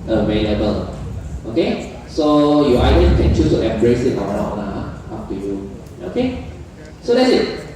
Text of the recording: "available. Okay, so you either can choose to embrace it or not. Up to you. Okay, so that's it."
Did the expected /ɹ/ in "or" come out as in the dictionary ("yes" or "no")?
no